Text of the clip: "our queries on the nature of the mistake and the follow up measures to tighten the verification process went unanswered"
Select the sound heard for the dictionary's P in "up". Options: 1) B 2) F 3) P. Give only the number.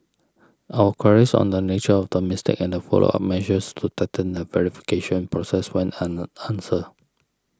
2